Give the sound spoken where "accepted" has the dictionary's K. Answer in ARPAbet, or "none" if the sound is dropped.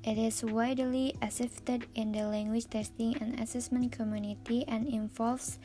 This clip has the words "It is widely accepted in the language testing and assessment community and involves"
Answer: none